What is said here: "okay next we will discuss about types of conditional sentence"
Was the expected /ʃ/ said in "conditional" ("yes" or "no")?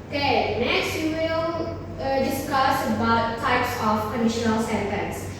yes